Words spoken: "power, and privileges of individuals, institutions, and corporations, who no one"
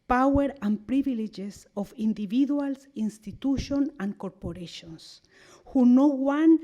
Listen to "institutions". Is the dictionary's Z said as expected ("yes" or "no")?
no